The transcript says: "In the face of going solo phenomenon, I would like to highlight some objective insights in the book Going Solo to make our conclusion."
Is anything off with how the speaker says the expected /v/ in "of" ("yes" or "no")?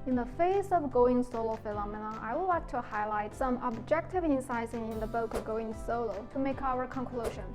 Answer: no